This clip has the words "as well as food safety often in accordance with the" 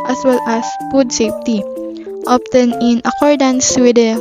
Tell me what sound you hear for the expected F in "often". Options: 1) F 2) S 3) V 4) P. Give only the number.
4